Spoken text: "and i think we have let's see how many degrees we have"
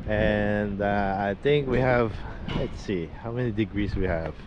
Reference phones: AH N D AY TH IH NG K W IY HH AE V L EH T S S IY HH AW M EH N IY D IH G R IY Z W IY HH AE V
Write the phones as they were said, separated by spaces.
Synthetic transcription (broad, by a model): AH N D AY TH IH NG K W IY HH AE V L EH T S S IY HH AW M EH N IY D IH G R IY S W IY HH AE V